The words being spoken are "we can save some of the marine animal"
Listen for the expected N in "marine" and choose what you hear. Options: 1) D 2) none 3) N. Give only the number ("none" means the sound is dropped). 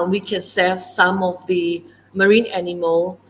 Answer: 3